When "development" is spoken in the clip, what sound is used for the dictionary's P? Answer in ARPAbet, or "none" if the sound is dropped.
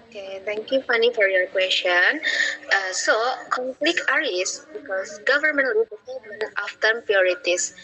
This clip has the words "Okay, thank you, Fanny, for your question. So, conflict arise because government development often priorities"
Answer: none